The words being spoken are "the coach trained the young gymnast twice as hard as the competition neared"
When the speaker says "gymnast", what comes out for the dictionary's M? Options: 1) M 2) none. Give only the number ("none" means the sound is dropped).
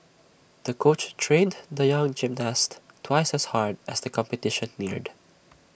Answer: 1